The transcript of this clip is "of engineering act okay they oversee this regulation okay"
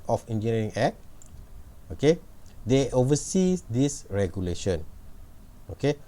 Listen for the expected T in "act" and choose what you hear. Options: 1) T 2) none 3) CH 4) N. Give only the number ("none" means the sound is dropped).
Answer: 2